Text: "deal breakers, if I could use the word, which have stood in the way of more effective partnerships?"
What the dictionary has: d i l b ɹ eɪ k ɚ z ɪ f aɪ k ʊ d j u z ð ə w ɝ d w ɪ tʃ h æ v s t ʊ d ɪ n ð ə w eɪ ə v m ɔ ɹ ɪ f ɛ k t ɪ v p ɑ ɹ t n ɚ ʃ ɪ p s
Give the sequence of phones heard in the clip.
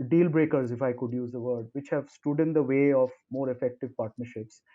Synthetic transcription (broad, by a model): d i l b ɹ eɪ k ɚ z ɪ f aɪ k ʊ d j u z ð ə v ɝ d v ɪ tʃ h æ v s t ʊ d ɪ n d ə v eɪ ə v m ɔ ɹ ɪ f ɛ k t ɪ v p ɑ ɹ t n ɚ ʃ ɪ p s